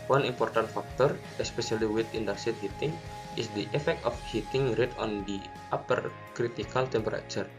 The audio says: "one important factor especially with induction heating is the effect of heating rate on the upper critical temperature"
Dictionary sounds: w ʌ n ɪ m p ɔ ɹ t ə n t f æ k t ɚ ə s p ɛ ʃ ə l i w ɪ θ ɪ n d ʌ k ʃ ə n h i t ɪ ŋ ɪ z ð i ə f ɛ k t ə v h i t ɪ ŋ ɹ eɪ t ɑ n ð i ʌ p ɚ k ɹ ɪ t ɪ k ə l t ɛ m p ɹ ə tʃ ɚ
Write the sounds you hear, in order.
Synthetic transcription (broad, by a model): w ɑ n ɪ m p ɔ ɹ t ə n t f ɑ k t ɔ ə s p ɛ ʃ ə l i w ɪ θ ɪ n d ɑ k s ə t h i t ɪ ŋ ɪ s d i ə f ɛ k t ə f h i t ɪ ŋ ɹ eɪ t ɑ n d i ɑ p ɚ k ɹ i t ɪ k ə l t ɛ m p ɹ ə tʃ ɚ